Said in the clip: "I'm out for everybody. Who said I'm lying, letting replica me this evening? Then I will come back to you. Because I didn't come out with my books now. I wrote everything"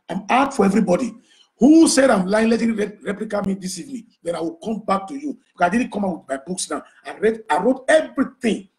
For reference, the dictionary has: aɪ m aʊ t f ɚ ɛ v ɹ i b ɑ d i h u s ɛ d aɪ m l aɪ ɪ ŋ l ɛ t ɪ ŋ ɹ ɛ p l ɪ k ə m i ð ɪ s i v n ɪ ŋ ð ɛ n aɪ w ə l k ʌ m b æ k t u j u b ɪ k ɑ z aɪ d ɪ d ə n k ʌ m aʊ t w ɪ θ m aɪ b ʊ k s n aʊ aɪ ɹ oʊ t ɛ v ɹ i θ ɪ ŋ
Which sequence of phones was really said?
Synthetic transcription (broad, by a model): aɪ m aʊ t f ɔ ɛ v ɹ i b ɑ d i h u s ɛ d aɪ m l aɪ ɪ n l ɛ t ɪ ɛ ɹ ɛ p l ɪ k ə m i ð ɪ s i v n ɪ ŋ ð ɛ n aɪ w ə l k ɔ m b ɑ k t u j u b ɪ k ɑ s aɪ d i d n k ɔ m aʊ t w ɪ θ m aɪ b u k s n aʊ aɪ ɹ oʊ t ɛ v ɹ i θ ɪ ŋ